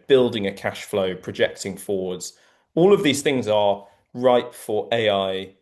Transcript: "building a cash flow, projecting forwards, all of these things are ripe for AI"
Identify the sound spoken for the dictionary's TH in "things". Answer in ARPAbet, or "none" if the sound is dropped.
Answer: TH